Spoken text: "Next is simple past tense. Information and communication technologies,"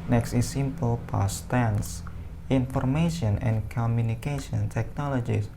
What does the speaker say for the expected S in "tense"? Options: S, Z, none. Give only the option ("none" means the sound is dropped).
S